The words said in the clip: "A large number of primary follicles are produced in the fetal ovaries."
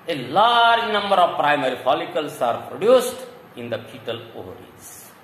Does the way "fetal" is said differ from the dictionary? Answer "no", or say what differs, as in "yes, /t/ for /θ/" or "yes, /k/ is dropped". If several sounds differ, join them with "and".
yes, /p/ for /f/